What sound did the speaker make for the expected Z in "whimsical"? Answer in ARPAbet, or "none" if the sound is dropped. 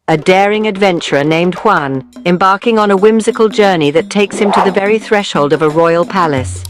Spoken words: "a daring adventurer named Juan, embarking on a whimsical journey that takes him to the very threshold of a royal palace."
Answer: Z